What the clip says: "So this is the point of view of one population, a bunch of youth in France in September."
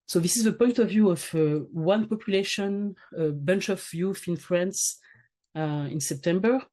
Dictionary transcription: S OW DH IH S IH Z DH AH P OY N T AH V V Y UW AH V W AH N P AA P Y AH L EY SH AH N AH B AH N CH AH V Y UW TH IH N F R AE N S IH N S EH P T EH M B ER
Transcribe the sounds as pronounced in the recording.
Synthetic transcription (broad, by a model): S OW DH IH S IH Z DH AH P OY N T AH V V Y UW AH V W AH N P AA P Y AH L EY SH AH N AH B AH N CH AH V Y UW F IH N F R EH N S IH N S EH P T EH M B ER